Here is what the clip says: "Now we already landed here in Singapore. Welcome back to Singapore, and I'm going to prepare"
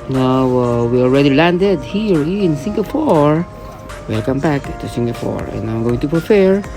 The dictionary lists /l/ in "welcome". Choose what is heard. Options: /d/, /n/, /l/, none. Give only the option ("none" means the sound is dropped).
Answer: none